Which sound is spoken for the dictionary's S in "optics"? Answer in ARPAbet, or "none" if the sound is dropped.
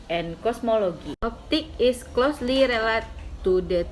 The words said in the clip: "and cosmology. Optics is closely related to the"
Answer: none